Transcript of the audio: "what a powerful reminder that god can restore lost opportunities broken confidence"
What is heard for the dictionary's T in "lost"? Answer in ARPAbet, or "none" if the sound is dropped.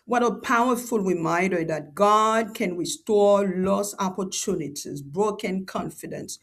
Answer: none